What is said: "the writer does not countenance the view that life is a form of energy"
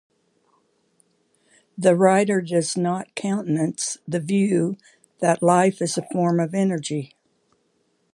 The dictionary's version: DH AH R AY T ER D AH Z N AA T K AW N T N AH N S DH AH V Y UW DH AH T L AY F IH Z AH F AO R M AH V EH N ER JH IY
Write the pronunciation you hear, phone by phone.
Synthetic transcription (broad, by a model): DH AH R AY T ER D AH Z N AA T K AW N T N AH N S DH AH V Y UW DH AH T L AY F IH Z AH F AO R M AH V EH N ER JH IY